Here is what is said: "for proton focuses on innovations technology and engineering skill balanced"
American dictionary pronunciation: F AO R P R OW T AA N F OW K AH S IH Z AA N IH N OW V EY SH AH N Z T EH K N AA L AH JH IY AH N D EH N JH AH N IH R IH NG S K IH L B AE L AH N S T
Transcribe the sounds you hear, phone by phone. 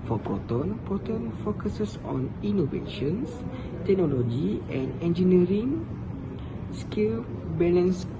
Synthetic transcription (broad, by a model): F AO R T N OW T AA N F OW K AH S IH S AA N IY N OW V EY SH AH N S T EH K N AA L AH JH IY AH N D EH N JH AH N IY R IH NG S K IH L B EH L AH N S